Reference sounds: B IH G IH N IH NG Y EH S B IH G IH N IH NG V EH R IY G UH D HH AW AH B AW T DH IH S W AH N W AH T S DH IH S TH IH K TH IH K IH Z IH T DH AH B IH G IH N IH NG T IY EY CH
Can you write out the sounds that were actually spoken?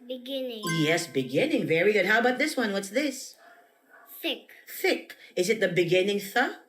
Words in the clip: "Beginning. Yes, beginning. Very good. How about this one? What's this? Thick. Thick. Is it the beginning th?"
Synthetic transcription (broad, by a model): B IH G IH N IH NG Y EH S B IH G IH N IH NG V EH R IY G UH D HH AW AH B AW T DH IH S W AH N W AH T S DH IH S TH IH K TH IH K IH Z IH T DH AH B IH G IH N IH NG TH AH